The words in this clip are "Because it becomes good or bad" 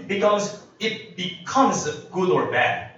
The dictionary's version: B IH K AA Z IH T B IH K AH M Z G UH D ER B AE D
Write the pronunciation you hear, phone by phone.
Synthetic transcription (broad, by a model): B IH K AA Z IH T B IH K AH M Z G UH D ER B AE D